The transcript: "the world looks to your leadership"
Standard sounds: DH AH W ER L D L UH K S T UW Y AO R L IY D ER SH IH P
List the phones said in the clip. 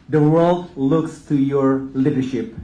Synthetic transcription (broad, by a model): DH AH W ER L D L UH K S T UW Y AO R L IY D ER SH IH P